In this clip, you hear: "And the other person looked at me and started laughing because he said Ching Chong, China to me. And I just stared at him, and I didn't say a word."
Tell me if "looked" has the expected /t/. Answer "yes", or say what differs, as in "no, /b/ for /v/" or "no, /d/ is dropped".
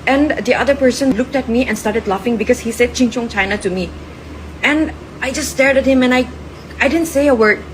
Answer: yes